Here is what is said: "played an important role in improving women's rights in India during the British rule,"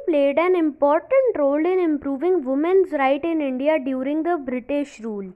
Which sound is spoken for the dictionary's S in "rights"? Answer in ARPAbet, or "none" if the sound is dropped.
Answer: none